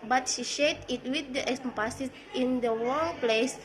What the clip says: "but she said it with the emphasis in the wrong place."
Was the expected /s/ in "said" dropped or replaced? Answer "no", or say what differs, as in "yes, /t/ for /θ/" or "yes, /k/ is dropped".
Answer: yes, /ʃ/ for /s/